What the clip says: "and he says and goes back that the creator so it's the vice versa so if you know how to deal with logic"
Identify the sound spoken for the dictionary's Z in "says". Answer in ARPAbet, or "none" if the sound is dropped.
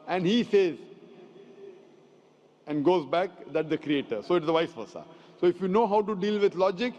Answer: Z